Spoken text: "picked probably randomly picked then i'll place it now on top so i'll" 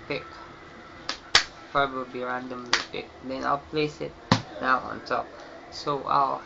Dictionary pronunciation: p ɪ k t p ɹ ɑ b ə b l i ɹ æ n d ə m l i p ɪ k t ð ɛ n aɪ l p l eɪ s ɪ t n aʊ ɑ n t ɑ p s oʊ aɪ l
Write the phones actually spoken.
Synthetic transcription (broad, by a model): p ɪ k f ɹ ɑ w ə b i ɹ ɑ n d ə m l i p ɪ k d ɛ n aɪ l p l eɪ s ɪ t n aʊ ɑ n t ɑ p s oʊ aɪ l